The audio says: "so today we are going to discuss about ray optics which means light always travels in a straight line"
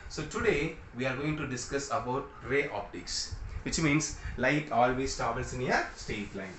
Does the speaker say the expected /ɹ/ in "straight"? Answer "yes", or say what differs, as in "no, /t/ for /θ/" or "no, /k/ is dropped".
no, /ɹ/ is dropped